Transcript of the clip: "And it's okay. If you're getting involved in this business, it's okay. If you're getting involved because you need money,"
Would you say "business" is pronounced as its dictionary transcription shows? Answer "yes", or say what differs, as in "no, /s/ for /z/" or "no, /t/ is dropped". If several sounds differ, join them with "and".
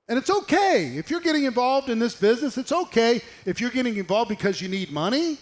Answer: yes